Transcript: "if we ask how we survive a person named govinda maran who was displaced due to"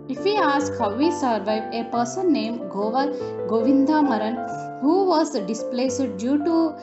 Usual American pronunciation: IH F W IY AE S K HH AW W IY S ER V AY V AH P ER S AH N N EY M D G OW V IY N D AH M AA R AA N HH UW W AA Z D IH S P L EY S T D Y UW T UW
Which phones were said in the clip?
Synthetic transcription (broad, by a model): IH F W IY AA S K HH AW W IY S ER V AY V AH P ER S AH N N EY M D G OW V IY N D AH M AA R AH N HH UW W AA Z D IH S P L EY S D D Y UW T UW